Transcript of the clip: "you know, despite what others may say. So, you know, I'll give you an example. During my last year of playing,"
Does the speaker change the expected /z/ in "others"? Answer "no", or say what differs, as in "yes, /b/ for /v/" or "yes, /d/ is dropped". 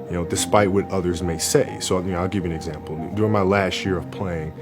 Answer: no